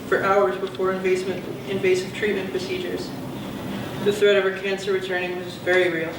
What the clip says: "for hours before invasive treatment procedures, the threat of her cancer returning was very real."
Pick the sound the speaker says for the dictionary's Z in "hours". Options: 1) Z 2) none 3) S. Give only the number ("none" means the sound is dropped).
1